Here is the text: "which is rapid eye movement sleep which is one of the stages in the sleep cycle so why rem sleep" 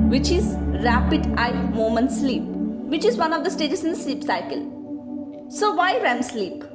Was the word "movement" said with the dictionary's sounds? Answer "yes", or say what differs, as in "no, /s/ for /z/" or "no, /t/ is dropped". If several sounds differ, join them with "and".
no, /v/ is dropped